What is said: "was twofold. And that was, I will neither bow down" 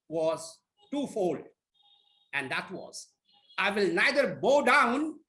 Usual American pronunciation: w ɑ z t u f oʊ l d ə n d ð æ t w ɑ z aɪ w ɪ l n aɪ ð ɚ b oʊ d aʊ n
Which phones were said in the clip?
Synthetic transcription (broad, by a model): w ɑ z t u f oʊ l ə n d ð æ t w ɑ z aɪ w ɪ l n aɪ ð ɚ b oʊ d aʊ n